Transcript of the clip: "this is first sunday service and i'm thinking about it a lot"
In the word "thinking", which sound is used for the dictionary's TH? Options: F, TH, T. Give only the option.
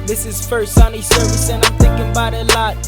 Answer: TH